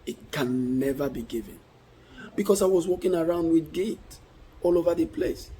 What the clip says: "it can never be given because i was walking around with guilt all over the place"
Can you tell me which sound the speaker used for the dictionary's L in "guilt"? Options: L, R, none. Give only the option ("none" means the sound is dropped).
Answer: none